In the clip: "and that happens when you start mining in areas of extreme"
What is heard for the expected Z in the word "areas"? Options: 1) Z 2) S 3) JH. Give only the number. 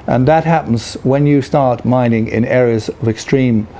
1